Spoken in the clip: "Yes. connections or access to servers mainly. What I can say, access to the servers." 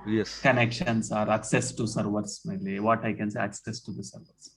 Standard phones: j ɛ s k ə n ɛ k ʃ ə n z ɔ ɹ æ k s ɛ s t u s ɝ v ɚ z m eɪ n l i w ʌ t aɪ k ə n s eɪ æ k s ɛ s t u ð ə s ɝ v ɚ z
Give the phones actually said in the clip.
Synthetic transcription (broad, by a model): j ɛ s k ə n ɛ k ʃ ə n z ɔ ɹ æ k s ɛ s t u s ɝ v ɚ s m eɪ l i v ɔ t aɪ k ə n s eɪ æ k s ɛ s t u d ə s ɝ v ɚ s